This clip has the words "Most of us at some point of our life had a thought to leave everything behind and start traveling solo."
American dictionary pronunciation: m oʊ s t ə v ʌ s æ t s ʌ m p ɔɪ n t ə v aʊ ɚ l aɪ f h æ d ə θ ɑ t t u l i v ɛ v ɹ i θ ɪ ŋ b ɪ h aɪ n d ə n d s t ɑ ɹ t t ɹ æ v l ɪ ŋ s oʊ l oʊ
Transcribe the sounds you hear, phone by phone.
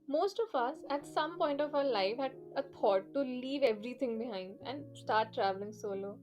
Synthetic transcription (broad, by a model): m oʊ s t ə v ʌ s æ t s ʌ m p ɔɪ n t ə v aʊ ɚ l aɪ f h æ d ə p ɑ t t u l i v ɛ v ɹ i t ɪ ŋ b ɪ h aɪ n d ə n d s t ɑ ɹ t t ɹ æ v l ɪ ŋ s oʊ l oʊ